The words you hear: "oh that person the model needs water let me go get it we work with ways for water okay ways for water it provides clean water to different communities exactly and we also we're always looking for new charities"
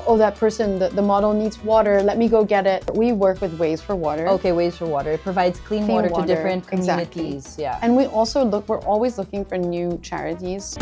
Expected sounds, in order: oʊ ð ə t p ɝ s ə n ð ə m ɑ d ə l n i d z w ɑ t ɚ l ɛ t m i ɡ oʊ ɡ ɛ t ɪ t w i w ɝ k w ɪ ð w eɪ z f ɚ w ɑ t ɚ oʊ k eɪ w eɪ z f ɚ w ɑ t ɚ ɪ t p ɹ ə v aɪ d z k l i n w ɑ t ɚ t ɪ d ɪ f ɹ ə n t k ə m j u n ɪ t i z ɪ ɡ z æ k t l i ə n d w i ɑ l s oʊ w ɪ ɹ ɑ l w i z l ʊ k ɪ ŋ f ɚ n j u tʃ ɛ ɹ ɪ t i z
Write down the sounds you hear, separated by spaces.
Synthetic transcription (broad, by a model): oʊ ð ə t p ɝ s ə n ð ə m ɑ d l n i d z w ɑ t ɚ l ɛ t m i ɡ oʊ ɡ ɛ t ɪ t w i w ɝ k w ɪ ð w eɪ z f ɚ w ɑ t ɚ oʊ k eɪ w eɪ z f ɚ w ɑ t ɚ ɪ t p ɹ ə v aɪ d z k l i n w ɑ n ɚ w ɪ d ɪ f ɹ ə n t k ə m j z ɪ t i ɪ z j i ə n w i ɑ l s oʊ w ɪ ɹ ɑ l w i z l ʊ k ɪ ŋ f ɚ n j u tʃ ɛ ɹ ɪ t i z